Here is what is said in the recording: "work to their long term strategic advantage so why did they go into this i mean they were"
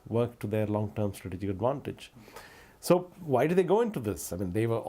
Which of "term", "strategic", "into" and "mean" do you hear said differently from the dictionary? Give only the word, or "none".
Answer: none